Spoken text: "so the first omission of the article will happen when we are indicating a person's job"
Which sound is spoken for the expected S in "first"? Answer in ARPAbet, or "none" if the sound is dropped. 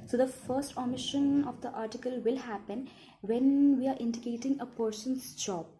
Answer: S